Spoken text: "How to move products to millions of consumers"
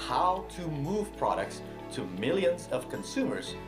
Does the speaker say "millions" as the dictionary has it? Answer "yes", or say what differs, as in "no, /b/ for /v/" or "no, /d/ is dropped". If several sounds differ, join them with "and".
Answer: yes